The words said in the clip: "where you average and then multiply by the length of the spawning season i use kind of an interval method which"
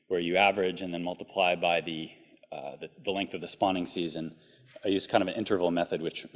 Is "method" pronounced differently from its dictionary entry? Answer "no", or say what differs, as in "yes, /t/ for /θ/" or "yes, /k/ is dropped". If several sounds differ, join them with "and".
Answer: no